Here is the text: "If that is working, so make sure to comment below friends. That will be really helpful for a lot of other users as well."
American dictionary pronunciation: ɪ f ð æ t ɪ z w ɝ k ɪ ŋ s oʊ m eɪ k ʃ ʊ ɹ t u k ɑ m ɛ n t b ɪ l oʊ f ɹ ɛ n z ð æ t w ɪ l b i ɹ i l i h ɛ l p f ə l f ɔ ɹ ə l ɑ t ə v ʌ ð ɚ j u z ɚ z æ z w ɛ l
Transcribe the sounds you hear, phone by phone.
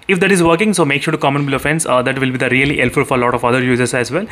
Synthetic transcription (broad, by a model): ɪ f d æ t ɪ z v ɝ k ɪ ŋ s oʊ m eɪ k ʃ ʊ ɹ t u k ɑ m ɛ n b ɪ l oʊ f ɛ n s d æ t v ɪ l b i ɹ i l i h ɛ l f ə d f ɔ ɹ ə l ɑ t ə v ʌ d ɚ j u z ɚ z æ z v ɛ l